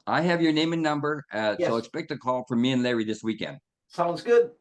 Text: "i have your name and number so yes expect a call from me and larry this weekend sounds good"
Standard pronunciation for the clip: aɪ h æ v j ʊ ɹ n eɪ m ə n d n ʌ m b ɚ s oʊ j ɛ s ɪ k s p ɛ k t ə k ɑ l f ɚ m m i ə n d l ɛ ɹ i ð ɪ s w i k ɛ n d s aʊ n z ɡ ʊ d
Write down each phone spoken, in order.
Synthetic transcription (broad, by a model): aɪ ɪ v j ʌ ɹ n eɪ m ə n n ʌ m b ɚ s oʊ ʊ ɪ k s p ɛ k t ə k ɑ l f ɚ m m i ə n l ɛ ɹ i ð ɪ s w i k ɛ n d s aʊ n z ɡ ʊ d